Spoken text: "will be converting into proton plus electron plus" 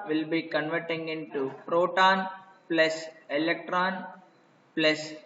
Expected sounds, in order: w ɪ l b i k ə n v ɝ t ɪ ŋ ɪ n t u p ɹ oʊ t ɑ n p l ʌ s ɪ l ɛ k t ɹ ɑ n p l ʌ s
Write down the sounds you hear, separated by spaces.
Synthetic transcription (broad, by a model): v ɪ l b i k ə n v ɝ t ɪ ŋ ɪ n t u p ɹ oʊ t ɑ n p l ʌ s ɪ l ɛ k t ɹ ɑ n p l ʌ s